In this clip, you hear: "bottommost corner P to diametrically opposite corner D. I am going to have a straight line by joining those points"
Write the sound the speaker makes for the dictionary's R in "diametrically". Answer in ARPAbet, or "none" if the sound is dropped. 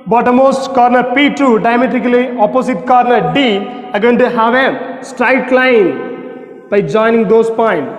none